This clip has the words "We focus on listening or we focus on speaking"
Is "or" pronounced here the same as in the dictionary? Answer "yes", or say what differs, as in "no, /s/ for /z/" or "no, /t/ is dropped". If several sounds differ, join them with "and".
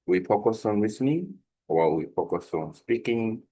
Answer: no, /l/ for /ɹ/